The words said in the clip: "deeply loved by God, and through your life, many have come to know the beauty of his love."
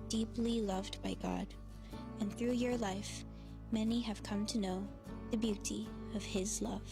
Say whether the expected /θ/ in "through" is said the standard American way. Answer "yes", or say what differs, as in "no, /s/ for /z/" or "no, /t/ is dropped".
yes